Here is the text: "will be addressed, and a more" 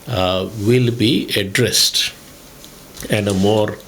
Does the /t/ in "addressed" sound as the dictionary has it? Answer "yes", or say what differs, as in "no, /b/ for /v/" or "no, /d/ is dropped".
yes